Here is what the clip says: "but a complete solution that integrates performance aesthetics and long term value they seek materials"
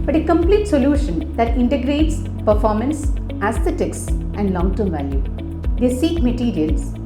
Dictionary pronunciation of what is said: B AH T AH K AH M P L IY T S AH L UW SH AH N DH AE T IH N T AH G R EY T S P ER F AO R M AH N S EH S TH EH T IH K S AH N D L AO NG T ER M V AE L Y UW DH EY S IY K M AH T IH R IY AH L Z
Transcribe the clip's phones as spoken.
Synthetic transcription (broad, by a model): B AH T AH K AH M P L IY T S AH L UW SH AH N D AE T IH N T AH G R EY T S P ER F AO R M AH N S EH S T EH T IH K S AH N D L AO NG T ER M V AE L Y UW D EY S IY K M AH T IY R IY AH L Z